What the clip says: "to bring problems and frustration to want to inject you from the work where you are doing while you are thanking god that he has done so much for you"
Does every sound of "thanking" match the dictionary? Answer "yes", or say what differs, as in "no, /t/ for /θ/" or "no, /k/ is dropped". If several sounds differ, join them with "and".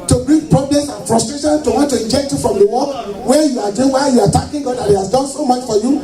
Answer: no, /t/ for /θ/ and /ŋ/ is dropped